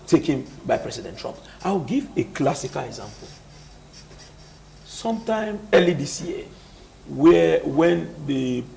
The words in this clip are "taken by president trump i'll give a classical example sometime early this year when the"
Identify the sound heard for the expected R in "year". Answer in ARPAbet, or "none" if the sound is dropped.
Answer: W